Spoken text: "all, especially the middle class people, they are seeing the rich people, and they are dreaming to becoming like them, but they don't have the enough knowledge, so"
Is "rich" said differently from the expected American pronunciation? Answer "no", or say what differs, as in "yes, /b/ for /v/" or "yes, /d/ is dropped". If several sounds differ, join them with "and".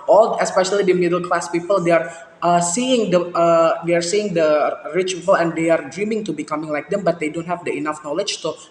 no